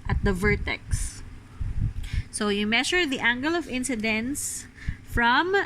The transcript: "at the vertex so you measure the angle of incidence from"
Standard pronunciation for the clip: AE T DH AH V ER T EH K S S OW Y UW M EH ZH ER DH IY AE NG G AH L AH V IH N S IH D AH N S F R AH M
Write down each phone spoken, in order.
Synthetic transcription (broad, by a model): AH T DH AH V ER T EH K S S OW Y UW M EH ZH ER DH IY AE NG G AH L AH V IH N S IH D AH N S F R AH M